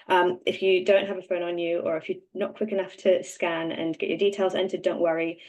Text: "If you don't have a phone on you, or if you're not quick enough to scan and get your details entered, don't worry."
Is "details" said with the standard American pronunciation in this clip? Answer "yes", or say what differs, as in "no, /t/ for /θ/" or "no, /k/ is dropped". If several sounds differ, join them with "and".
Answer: yes